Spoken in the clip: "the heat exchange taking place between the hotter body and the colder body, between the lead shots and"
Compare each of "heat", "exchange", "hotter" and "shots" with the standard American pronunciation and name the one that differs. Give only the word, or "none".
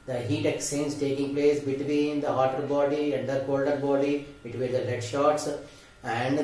exchange